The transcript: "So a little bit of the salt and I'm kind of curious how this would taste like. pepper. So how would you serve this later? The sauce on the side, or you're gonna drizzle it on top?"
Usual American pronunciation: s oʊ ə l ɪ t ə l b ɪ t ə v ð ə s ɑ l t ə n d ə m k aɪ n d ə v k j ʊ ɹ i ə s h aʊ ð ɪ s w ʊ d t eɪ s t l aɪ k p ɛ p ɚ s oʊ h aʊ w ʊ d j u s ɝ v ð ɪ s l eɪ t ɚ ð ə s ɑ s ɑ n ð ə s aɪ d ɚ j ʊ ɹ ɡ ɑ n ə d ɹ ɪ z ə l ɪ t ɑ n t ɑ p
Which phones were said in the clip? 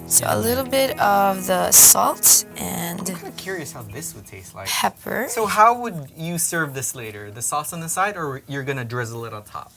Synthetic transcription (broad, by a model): s oʊ ə l ɪ t l b ɪ t ə v ð ə s ɑ l t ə n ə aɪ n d ə v k j ʊ ɹ i ə s h aʊ ð ɪ s w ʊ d t eɪ s t l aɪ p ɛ p ɚ s oʊ h aʊ w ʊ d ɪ s ɝ v ð ɪ s l eɪ t ɚ ð ə s ɑ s n ð ə s aɪ d ɚ j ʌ ɹ ɡ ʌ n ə d ɹ ɪ z ə l ɪ t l t ɑ p